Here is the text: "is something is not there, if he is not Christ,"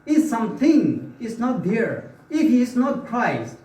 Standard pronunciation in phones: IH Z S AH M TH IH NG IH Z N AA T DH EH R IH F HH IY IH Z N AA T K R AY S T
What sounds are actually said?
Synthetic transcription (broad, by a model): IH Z S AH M T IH NG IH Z N AA T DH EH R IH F HH IY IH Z N AA T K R AY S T